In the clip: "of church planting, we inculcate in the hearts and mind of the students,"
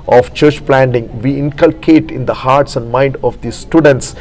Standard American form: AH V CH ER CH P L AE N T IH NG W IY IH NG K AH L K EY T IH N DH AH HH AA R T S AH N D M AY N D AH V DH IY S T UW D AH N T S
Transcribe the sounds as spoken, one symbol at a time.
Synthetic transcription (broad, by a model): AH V CH ER CH P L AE N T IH NG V IY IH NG K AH L K EY T IH N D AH HH AA R T S AH N D M AY N D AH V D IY S T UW D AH N T S